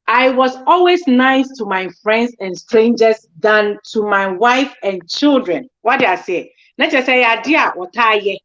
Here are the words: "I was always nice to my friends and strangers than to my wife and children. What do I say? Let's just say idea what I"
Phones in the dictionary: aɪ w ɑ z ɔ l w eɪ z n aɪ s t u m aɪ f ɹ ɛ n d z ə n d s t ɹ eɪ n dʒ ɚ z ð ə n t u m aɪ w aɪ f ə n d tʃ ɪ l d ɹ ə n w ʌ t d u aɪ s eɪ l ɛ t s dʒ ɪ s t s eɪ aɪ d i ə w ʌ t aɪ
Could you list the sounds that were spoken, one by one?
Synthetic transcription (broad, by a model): aɪ w ɑ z ɔ l w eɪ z n aɪ s t u m aɪ f ɹ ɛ n d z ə n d s t ɹ eɪ n dʒ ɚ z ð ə n t u m aɪ w aɪ f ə n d tʃ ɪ l d ɹ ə n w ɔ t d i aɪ s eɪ n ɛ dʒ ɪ s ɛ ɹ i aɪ d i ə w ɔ t aɪ